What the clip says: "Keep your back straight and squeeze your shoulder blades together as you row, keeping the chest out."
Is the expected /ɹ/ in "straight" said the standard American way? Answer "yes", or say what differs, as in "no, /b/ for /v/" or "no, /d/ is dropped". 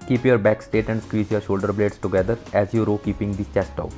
no, /ɹ/ is dropped